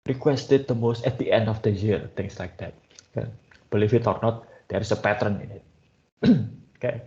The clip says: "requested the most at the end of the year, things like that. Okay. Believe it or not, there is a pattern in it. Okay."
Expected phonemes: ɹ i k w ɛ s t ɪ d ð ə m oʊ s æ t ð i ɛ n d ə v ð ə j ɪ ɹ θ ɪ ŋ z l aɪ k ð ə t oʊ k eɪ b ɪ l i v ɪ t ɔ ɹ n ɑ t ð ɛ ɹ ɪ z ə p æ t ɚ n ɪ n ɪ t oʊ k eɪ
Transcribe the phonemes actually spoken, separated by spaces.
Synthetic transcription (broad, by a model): ɹ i k w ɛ s t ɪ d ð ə m oʊ s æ t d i ɛ n d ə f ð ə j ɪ ɹ t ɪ ŋ s l aɪ k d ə t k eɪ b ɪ l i f ɪ t ɔ ɹ n ɑ t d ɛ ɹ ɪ s ə p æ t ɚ n ɪ n ɪ t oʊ k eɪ